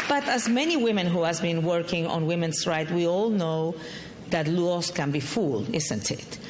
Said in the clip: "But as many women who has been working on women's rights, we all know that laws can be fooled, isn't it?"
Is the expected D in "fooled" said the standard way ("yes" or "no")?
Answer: no